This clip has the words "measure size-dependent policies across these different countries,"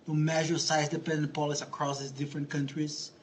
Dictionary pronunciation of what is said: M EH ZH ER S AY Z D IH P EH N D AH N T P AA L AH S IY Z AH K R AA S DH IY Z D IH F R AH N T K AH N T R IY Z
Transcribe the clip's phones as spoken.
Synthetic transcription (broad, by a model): M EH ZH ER S AY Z D IH P EH N D AH N T P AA L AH S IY AH K R AA S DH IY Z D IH F R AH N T K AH N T R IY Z